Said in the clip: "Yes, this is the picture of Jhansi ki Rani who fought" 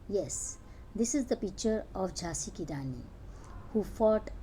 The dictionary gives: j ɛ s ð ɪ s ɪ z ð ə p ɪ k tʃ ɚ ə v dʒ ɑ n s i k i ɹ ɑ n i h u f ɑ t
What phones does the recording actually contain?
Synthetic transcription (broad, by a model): j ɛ s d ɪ s ɪ z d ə p ɪ k tʃ ɚ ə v dʒ ɑ s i k i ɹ ɑ n i h u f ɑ t